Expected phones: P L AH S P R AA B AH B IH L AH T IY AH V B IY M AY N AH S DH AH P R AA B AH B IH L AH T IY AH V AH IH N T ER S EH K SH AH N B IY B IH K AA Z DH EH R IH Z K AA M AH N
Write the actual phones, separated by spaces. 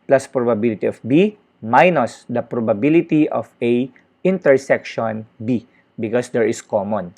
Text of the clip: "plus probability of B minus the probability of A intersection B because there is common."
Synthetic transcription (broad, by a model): P L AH S P R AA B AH B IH L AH T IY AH F B IY M AY N AH S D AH P R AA B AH B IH L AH T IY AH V AH IH N T ER S EH K SH AH N B IY B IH K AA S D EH R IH S K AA M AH N